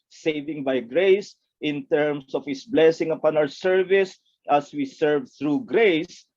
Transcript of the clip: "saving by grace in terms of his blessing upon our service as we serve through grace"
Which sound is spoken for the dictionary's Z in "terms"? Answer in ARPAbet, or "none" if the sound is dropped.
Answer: S